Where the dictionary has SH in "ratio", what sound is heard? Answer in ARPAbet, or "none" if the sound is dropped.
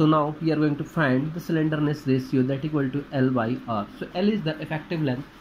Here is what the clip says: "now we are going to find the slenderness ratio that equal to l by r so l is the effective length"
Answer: S